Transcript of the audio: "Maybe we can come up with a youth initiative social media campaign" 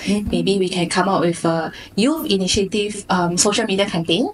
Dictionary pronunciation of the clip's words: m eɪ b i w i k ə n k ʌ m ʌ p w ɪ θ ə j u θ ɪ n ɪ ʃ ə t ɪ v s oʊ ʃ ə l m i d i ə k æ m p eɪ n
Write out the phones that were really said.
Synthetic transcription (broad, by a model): m eɪ b i w i k ə n k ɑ m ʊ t w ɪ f ə j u f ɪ n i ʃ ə t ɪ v s oʊ ʃ ə l m i d i ə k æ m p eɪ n